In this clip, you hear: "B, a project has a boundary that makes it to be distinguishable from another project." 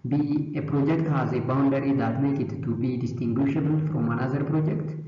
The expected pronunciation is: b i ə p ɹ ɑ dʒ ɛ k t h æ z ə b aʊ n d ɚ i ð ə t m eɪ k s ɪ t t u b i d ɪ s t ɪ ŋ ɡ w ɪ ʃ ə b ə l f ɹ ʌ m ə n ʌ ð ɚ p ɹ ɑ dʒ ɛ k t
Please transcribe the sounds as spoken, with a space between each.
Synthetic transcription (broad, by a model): b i ə p ɹ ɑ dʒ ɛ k t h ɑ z ə b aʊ n d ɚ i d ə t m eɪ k ɪ t t u b i d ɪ s t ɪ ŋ ɡ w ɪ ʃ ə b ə l f ɹ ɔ m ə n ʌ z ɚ p ɹ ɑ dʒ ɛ k t